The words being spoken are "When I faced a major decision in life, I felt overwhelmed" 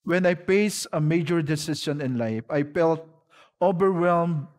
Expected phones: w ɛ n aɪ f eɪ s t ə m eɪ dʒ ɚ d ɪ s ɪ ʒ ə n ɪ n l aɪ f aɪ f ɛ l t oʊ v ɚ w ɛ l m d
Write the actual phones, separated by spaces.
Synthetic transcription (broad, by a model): w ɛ n aɪ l eɪ s ə m eɪ dʒ ɚ d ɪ s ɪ s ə n ɪ n l aɪ f aɪ f ɛ l t oʊ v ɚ w ɛ l m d